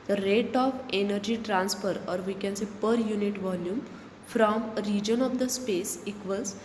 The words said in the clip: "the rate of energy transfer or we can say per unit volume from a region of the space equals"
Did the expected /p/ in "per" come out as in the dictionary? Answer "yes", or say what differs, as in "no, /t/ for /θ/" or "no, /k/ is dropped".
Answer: yes